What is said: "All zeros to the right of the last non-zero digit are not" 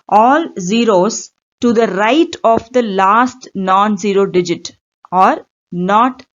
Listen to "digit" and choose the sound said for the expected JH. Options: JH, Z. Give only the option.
JH